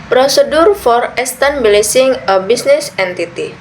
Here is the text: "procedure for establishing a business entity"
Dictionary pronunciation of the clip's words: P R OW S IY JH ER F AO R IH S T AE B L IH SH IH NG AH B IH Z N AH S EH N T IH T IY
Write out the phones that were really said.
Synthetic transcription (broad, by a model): P R OW S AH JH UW F AO R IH S T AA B L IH S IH NG AH B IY S N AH S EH N T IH T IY